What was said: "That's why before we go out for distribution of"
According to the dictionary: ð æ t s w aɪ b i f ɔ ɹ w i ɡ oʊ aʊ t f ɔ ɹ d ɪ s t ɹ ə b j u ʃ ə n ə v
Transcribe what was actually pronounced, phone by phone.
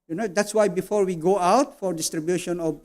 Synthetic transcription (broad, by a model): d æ t s w aɪ b i f ɔ ɹ w i ɡ oʊ aʊ t f ɔ ɹ d ɪ s t ɹ ə b j u ʃ ə n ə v